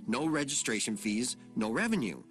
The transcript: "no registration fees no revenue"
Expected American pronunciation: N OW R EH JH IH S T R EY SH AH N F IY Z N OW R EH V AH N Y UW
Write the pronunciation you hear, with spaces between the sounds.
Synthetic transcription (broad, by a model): N OW R EH JH IH S T R EY SH AH N F IY Z N OW R EH V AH N Y UW